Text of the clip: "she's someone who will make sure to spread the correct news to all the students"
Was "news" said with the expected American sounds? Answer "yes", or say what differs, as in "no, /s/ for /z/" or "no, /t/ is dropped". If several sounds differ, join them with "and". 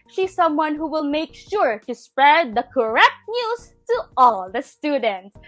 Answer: no, /s/ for /z/